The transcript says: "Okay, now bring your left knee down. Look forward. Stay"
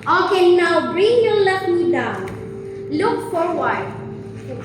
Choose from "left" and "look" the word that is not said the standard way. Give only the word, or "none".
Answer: left